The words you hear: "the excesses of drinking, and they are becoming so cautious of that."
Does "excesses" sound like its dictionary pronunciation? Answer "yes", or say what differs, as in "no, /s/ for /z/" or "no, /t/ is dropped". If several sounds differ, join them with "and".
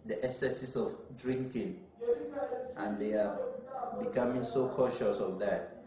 no, /s/ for /z/